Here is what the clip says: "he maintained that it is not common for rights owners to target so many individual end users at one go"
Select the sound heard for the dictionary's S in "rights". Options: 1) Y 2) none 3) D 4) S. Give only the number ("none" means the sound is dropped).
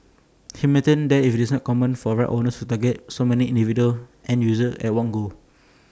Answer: 2